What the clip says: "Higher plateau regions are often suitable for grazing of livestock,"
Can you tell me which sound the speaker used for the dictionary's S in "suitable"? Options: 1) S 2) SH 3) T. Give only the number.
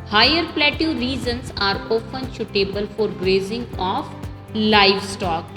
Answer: 2